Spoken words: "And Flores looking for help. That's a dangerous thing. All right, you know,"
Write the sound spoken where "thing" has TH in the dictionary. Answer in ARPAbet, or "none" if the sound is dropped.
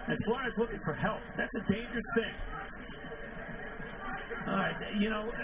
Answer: TH